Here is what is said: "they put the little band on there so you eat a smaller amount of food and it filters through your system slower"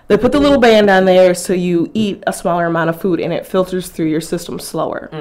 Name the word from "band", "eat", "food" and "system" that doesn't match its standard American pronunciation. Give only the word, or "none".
none